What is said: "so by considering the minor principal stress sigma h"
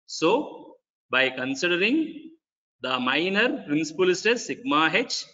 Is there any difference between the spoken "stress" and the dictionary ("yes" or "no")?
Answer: yes